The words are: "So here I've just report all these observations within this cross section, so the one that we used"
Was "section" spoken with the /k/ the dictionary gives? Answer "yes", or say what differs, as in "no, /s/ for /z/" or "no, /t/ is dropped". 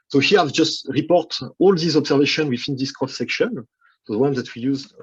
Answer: yes